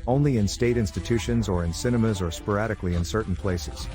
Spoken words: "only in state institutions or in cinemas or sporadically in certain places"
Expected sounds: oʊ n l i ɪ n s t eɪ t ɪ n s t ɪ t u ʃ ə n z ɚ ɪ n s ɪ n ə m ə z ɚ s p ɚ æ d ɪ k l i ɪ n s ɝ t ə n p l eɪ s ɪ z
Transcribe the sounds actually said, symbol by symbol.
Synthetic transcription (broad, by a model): oʊ n l i ɪ n s t eɪ t ɪ n s t ɪ t u ʃ ə n z ɚ ɪ n s ɪ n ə m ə z ɚ s p ɚ æ d ɪ k l i ɪ n s ɝ t n p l eɪ s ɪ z